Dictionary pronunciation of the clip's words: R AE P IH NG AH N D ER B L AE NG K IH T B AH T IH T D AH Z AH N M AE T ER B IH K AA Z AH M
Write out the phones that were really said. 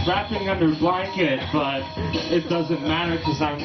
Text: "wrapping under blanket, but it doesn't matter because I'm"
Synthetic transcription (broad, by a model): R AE P IH NG AH N D ER B L AE NG K IH T B AH T IH T D AH Z AH N M AE T ER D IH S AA AH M